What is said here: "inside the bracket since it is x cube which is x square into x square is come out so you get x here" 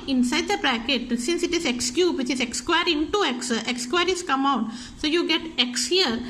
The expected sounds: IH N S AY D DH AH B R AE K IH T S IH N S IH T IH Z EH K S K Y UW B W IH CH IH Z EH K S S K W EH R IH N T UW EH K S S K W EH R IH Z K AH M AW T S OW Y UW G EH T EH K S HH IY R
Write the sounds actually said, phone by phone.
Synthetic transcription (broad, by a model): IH N S AY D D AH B R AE K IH T S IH N S IH T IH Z EH K S K Y UW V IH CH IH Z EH K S S K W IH R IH T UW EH K S S K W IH R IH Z K AH M AW T S OW Y UW G EH T EH K S HH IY R